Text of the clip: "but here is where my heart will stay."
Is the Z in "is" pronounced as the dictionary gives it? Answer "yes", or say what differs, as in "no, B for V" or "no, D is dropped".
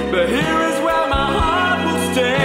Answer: yes